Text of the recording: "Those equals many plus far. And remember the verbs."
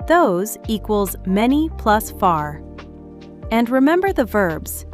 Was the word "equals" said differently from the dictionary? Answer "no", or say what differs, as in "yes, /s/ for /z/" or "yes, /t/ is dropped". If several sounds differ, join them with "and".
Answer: no